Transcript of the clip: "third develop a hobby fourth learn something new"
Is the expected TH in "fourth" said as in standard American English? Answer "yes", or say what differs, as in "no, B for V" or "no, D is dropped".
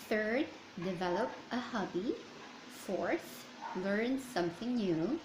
no, S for TH